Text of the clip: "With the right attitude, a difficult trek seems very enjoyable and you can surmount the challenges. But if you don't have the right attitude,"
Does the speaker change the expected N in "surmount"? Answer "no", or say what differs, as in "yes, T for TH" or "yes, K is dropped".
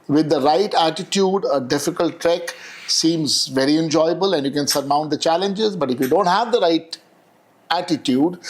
no